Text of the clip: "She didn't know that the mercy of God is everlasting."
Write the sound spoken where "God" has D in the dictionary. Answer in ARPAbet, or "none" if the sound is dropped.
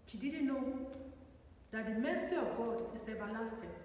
D